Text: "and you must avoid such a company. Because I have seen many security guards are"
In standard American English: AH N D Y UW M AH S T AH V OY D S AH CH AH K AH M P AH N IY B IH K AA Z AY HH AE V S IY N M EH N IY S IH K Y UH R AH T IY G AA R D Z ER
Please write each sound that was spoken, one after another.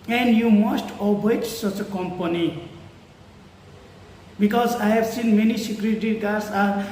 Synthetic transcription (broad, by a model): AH N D Y UW M AH S T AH B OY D S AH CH AH K AH M P AH N IY B IH K AA Z AY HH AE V S IY N M EH N IY S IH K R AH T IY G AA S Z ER